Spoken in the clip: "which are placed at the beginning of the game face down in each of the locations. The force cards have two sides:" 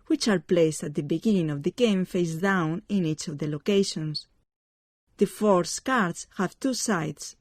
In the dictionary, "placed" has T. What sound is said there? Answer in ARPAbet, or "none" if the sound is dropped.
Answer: T